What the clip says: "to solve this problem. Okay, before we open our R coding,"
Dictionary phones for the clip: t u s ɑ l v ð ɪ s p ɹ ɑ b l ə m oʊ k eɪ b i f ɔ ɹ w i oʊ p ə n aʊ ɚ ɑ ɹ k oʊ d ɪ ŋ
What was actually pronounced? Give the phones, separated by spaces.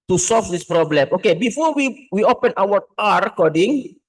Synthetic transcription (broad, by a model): t u s ɑ l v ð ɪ s p ɹ ɑ b l ə m oʊ k eɪ b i f ɔ w w i oʊ p ə n aʊ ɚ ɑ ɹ k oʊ d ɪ ŋ